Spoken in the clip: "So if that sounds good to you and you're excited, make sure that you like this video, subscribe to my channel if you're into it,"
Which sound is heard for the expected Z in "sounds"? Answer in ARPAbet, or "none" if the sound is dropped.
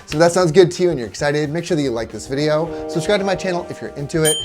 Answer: Z